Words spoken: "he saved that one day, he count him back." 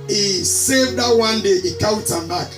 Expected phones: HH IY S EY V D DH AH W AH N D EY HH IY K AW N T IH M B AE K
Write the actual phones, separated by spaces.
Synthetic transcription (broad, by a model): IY S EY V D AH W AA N D EY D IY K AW T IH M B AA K